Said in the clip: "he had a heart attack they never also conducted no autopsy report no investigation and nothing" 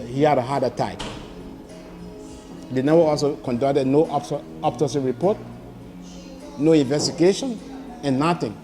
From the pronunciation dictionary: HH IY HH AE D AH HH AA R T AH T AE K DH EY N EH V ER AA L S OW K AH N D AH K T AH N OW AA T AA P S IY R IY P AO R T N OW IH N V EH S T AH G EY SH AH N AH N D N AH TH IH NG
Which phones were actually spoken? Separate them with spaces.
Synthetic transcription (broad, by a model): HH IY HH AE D AH HH AA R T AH T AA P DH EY N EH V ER AA L S OW K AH N D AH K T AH N OW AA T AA S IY R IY P AO T N OW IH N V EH S T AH G EY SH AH N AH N N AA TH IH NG